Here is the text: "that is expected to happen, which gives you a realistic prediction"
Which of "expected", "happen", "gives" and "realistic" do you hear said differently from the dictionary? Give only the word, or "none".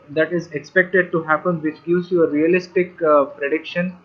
gives